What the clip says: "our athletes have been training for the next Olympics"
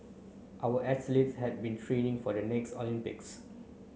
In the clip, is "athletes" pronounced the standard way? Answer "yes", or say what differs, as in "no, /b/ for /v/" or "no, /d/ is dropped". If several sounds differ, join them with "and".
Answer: no, /s/ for /θ/